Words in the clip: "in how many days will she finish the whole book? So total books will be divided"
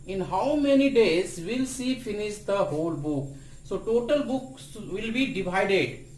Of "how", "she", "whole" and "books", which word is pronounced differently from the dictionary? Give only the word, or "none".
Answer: she